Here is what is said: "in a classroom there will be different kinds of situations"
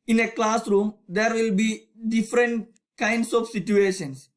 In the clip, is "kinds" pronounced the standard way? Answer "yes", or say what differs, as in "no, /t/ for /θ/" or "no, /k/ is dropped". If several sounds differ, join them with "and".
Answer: no, /s/ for /z/